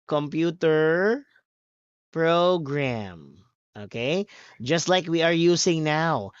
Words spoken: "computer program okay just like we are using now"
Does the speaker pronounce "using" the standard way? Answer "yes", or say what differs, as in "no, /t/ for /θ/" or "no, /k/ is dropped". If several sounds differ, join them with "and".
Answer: no, /s/ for /z/